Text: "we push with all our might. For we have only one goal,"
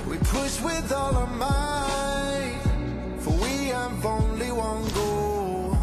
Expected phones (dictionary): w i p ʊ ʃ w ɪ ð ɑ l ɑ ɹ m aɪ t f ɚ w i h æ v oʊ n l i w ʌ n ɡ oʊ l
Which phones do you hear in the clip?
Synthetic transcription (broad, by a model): w i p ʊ s w ɪ ð ɑ l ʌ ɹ m aɪ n f ɚ w i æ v oʊ n l i w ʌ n ɡ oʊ